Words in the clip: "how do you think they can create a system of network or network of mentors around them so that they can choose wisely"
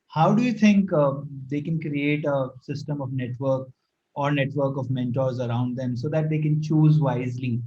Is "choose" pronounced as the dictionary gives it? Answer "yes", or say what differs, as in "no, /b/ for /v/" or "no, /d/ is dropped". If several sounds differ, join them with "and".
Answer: yes